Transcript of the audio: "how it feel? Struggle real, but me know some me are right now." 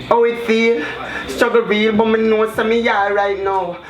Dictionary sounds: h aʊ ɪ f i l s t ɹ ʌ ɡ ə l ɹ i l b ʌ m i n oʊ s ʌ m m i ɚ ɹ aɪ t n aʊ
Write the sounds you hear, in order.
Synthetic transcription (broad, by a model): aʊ ɪ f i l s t ʌ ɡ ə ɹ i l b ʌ m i n oʊ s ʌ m m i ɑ ɹ aɪ t n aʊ